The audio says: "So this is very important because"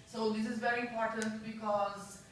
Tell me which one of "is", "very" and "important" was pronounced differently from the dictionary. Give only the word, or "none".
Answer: none